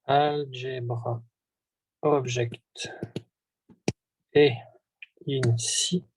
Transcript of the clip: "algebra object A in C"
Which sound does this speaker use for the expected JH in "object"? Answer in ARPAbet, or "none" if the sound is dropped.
ZH